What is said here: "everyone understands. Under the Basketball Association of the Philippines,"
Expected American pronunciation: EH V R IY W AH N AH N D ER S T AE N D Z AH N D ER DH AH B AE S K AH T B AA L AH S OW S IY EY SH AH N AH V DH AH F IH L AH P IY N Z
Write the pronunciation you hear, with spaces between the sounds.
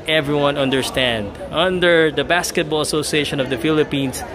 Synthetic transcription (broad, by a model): EH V R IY W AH N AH N D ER S T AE N D AH N D ER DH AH B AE S K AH T B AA L AH S OW S IY EY SH AH N AH V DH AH F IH L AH P IY N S